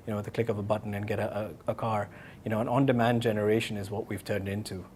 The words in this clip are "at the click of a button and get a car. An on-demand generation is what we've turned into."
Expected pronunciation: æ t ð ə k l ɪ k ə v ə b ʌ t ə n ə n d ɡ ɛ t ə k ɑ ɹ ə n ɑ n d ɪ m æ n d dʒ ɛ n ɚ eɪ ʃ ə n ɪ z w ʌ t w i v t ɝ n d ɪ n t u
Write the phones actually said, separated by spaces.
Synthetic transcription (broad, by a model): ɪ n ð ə k l ɪ k ə p ə b ʌ t n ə n ɡ ɛ t ə k ɑ ɹ ə n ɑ n d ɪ m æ n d dʒ ɛ n ɚ eɪ ʃ ə n ɪ z w ʌ t w i v t ɝ n d ɪ n t u